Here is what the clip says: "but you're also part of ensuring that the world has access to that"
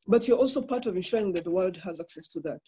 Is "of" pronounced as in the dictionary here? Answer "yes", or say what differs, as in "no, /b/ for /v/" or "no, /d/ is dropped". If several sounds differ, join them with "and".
yes